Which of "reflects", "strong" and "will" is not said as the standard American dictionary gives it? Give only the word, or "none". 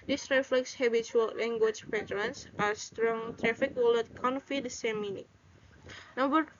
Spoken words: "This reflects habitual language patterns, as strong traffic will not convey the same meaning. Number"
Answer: none